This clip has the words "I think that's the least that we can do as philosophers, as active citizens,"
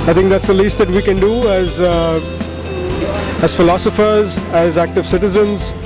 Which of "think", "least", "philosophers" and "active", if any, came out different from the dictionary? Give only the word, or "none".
think